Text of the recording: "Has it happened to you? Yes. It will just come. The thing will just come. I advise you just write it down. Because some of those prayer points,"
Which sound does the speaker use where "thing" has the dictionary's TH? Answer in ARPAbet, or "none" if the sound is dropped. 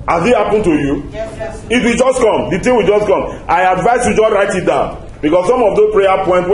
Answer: T